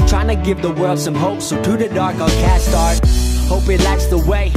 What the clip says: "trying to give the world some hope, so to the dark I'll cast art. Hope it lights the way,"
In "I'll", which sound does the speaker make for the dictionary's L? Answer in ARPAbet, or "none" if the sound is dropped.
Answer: N